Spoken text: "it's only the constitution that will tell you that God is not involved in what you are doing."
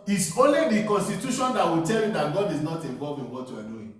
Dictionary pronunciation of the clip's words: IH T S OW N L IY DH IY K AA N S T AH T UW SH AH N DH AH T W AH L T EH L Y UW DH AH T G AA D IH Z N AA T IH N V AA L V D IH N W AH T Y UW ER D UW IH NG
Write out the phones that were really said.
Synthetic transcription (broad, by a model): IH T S OW N L IY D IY K AA N S T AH T UW SH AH N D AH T W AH T EH L Y UW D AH T G AA D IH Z N AA T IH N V AA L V IH N W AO T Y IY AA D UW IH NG